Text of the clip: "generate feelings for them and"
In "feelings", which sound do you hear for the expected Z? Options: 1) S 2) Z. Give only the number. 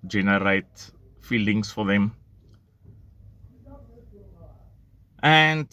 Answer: 1